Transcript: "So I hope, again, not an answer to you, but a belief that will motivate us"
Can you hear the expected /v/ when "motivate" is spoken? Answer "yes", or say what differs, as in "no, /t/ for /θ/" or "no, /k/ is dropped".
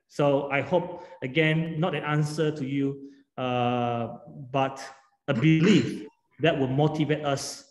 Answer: yes